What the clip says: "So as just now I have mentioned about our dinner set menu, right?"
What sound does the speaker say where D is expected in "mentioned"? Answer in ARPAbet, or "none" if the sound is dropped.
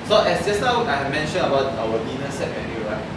none